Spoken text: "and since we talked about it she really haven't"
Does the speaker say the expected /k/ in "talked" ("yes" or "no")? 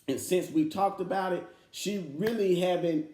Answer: yes